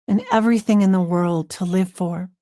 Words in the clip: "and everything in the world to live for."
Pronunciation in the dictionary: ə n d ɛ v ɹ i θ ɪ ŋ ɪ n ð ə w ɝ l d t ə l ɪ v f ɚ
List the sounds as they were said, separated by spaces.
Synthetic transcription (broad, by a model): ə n ɛ v ɹ i θ ɪ ŋ ɪ n ð ə w ɝ l d t ə l ɪ v f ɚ